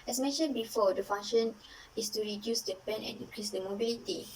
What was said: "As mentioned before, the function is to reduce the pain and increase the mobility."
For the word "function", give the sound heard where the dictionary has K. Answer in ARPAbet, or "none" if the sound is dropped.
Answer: none